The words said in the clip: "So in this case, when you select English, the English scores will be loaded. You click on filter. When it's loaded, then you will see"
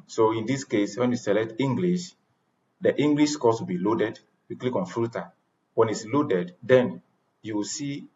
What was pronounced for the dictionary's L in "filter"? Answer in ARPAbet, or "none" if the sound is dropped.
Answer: none